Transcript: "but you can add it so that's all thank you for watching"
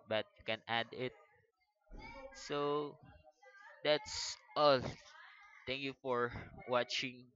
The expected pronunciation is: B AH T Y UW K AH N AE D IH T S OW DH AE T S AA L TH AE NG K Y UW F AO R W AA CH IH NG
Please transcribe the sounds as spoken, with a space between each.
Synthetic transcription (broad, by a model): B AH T Y UW K AH N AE D IH T S OW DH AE T S AA L T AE NG K Y UW F AO R W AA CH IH NG